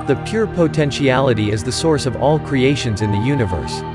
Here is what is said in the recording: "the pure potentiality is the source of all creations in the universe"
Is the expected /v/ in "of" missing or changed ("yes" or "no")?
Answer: no